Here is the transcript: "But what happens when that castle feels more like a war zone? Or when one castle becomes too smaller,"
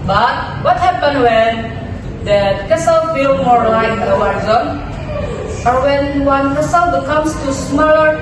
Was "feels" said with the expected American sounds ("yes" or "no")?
no